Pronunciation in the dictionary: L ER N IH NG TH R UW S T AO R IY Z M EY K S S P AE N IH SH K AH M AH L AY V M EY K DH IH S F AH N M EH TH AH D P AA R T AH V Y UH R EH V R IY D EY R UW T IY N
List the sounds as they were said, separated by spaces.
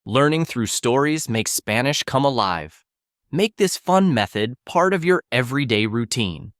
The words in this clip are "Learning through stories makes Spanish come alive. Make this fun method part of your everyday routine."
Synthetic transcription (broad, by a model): L ER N IH NG TH R UW S T AO R IY Z M EY K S S P AE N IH SH K AH M AH L AY V M EY K DH IH S F AH N M EH TH AH D P AA R T AH V Y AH R EH V R IY D EY R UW T IY N